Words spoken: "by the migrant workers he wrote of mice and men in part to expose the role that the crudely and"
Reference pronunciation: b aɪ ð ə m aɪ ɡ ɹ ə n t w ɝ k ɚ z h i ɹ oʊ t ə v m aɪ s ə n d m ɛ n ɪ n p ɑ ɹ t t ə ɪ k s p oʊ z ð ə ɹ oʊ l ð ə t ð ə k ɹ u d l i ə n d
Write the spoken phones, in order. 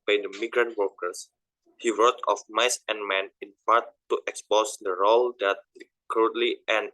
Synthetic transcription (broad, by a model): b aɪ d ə m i ɡ ɹ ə n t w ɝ k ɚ s h i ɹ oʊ t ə f m aɪ s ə n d m ɛ n ɪ n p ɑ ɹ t t ə k s p oʊ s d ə ɹ oʊ l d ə t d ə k ɹ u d l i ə n